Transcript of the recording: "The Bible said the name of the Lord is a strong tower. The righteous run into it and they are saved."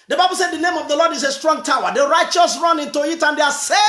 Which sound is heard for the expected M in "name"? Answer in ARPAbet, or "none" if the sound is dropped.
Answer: M